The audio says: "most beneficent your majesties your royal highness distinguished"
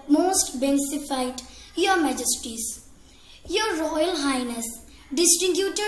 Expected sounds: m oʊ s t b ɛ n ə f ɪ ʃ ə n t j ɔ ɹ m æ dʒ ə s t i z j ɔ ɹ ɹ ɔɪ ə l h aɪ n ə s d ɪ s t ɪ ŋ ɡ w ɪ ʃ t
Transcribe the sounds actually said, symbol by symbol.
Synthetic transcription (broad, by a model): m oʊ s t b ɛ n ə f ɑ ə t j ɔ ɹ m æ dʒ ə s t i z j ɔ ɹ ɹ ɔɪ ə l h aɪ n ə s d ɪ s t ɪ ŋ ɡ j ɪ t